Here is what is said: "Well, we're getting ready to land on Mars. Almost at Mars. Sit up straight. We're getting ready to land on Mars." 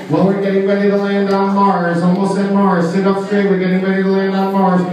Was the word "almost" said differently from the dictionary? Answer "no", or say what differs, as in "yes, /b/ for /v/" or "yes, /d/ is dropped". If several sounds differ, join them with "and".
yes, /t/ is dropped